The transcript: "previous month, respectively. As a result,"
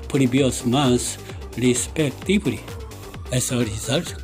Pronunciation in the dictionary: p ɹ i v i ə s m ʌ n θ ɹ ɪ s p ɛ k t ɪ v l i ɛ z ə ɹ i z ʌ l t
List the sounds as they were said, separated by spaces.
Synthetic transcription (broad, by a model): p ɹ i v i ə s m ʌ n s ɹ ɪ s p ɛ k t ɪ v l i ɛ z ə ɹ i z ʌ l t